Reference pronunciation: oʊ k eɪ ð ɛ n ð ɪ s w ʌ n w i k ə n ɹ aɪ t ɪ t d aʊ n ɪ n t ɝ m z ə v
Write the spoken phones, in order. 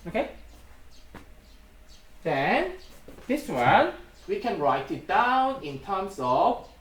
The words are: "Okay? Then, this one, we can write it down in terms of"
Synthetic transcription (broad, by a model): oʊ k eɪ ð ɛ n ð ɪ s w ʌ n w i k ə n ɹ aɪ t ɪ t d aʊ n ɪ n t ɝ m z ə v